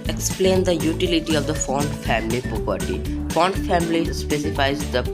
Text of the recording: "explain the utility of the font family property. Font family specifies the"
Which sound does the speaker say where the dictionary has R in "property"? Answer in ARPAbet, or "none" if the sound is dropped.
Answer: none